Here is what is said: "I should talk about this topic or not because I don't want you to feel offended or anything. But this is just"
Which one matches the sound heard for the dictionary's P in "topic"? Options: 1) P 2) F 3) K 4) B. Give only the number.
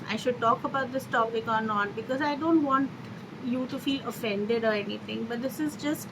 4